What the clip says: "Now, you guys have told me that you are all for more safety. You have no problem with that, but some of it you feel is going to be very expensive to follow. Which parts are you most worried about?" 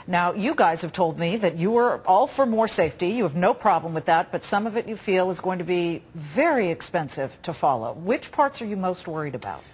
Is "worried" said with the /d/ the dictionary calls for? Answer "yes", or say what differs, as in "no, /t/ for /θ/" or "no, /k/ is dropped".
yes